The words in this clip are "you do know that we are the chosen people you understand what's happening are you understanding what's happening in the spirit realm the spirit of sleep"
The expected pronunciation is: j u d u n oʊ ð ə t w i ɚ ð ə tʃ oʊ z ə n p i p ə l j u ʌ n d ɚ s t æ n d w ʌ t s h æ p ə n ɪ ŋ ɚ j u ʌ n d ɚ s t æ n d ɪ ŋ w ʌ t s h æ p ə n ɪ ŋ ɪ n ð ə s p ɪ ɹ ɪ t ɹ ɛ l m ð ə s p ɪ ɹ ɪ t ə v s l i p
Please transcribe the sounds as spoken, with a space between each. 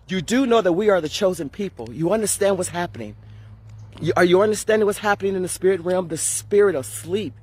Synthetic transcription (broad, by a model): j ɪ d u n oʊ ð ə t w i ɚ ð ə tʃ oʊ z ə n p i p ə l j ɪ ʌ n d ɚ s t æ n d w ʌ t s h æ p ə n ɪ ŋ ɚ j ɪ ʌ n d ɚ s t æ n d ɪ ŋ w ʌ t s h æ p ə n ɪ ŋ ɪ n ð ə s p ɪ ɹ ɪ t ɹ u m ð ə s p ɪ ɹ ɪ t ə v s l i p